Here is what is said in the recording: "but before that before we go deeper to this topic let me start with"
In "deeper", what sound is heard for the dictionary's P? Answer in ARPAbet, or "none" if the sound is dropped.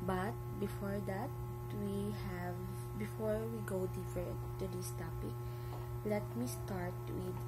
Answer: F